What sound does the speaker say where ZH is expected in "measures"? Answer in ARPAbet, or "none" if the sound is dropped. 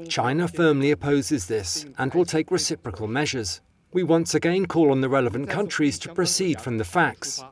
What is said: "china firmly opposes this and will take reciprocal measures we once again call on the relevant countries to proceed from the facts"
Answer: ZH